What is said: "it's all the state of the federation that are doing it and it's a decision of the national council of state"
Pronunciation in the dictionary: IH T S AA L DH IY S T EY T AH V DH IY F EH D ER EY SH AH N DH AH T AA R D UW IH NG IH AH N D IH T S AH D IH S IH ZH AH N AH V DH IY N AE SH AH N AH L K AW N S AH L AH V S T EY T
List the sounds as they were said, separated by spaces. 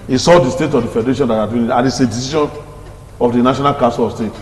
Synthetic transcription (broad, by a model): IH S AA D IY S T EY T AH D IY F EH D ER EY SH AH N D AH T AA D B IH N IH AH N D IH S AH D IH S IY SH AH N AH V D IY N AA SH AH N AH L K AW S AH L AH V S T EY T